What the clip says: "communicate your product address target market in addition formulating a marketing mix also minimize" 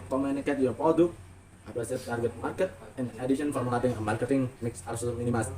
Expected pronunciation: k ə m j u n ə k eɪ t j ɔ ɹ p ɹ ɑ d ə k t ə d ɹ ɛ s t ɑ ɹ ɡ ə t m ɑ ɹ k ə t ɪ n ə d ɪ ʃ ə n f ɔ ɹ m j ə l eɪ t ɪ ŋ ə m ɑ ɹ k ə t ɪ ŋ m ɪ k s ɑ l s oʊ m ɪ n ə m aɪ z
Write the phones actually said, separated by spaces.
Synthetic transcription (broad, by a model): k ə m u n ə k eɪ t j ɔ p ɑ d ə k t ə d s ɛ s t ɑ ɹ ɡ ə t m ɑ ɹ k ə t ɪ n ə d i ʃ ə n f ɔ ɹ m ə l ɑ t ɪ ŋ ə m ɑ ɹ k ə t ɪ ŋ m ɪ k s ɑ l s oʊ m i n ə m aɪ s